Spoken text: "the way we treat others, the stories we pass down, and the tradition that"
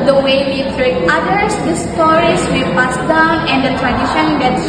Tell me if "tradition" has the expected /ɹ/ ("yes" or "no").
yes